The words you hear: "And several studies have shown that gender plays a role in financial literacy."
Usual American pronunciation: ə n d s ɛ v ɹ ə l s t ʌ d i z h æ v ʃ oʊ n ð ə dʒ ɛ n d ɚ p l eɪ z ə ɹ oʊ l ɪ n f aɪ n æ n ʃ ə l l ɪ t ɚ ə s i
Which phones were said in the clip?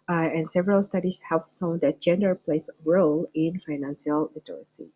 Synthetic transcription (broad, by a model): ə n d s ɛ v ɹ ə l s t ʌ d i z h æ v s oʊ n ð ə dʒ ɛ n d ɚ p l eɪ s ɹ oʊ l ɪ n f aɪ n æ n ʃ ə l l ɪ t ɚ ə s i